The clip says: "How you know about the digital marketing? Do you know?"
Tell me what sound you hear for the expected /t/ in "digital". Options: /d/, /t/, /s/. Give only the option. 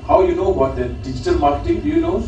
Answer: /t/